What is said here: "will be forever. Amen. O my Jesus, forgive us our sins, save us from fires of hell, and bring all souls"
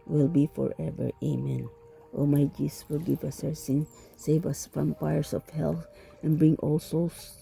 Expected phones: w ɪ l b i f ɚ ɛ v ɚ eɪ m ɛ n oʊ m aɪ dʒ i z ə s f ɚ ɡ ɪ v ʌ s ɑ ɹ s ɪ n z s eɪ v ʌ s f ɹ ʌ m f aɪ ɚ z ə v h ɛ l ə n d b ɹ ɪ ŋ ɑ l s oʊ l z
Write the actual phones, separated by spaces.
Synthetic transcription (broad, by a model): w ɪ l b i f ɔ ɛ v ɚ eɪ m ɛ n oʊ m aɪ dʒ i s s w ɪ ɡ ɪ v ʌ s ɑ ɹ s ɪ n s eɪ v ʌ s f ɹ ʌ m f aɪ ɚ s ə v h ɛ l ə n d b ɹ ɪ ŋ ɑ l s oʊ l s